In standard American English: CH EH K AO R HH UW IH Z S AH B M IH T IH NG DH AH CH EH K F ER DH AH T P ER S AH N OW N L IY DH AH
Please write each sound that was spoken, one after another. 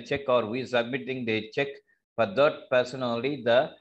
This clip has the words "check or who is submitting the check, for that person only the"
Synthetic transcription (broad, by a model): CH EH K AO R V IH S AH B M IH T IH NG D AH CH EH K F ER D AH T P ER S AH N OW L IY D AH